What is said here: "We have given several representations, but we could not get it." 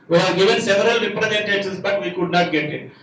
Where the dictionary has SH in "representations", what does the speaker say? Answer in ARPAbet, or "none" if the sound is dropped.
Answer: S